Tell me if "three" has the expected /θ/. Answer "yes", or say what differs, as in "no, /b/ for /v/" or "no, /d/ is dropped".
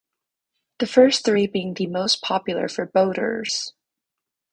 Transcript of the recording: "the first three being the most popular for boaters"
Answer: yes